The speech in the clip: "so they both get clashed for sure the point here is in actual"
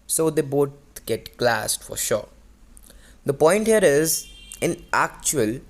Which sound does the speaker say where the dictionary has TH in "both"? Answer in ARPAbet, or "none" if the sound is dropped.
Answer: T